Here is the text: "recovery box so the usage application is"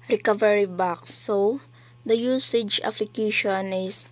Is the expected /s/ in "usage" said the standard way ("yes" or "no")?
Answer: yes